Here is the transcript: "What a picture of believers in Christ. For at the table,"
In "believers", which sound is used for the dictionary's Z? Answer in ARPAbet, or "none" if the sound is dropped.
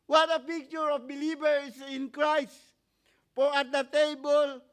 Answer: S